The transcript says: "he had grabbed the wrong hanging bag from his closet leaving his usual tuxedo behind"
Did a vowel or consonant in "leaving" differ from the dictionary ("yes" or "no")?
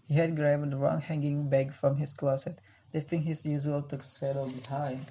yes